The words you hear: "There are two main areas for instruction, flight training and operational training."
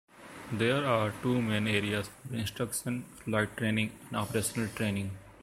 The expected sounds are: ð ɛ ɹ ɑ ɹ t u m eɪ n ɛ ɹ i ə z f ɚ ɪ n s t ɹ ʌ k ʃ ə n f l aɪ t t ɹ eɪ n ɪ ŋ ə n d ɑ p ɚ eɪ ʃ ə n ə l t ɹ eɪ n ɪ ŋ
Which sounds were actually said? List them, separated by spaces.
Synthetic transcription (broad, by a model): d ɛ ɹ ɑ ɹ t u m eɪ n ɛ ɹ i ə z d ɪ n s t ɹ ʌ k ʃ ə n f l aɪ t t ɹ eɪ n ɪ ŋ ə n d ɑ p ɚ eɪ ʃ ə n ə l t ɹ eɪ n ɪ ŋ